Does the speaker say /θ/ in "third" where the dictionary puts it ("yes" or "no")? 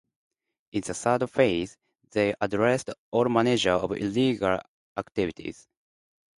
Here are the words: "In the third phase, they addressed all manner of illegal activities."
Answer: no